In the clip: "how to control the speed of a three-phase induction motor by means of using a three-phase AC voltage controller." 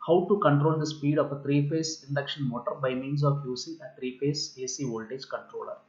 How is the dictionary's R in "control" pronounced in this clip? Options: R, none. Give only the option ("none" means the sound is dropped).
R